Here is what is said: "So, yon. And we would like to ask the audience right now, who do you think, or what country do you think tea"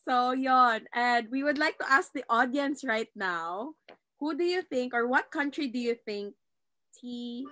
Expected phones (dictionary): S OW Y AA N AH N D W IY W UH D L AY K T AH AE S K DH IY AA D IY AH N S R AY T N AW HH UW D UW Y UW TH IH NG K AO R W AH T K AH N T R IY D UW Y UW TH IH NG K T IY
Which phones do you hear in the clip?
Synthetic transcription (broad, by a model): S OW Y AA N AH N D W IY W UH D L AY K T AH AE S K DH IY AA D IY AH N S R AY T N AW HH UW D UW Y UW TH IH NG K AO R W AH T K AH N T R IY D UW Y UW TH IH NG K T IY